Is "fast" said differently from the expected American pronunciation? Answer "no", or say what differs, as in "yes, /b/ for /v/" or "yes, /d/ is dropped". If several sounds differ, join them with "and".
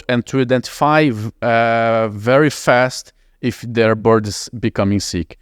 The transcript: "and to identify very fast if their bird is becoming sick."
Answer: no